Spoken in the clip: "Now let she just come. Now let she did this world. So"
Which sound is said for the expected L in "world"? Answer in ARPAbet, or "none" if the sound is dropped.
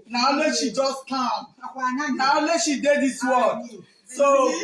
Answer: none